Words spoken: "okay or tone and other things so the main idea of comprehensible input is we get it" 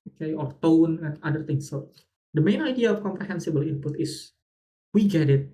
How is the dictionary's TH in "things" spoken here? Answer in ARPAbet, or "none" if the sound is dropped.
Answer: T